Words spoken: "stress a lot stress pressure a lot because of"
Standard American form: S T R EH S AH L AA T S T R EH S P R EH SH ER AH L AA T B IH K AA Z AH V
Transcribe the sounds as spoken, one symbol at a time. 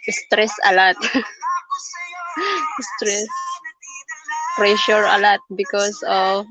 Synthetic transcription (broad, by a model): S T R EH S AH L AA T S T R EH S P R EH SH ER AH L AA T B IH K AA S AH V